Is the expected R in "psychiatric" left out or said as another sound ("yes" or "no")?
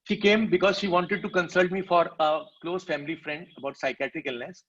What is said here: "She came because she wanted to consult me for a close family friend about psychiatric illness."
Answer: no